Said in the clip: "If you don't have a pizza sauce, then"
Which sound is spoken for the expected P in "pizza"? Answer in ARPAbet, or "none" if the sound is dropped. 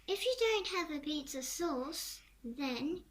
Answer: B